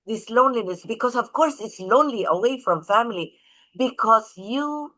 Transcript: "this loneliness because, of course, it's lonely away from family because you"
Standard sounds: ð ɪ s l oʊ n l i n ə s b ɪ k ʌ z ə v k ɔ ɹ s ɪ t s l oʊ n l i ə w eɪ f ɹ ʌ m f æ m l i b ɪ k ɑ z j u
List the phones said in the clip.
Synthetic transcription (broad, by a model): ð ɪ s l oʊ n l i n ə s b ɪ k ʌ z ə v k ɔ ɹ s ɪ t s l oʊ n l i ə w eɪ f ɹ ʌ m f æ m l i b ɪ k ɑ z j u